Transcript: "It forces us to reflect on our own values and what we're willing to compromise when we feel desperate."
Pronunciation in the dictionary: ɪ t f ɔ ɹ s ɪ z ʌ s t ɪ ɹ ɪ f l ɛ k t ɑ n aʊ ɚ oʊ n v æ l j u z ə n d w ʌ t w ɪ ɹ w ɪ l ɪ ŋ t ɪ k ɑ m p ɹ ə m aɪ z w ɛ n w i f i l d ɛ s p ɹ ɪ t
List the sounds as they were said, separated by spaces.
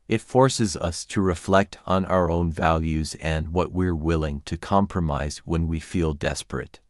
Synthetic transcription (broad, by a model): ɪ t f ɔ ɹ s ɪ z ʌ s t ɪ ɹ ɪ f l ɛ k t n aʊ ɚ oʊ n v æ l j u z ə n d w ʌ t w ɪ ɹ w ɪ l ɪ ŋ t ɪ k ɑ m p ɹ ə m aɪ z w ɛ n w i f i l d ɛ s p ɹ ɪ t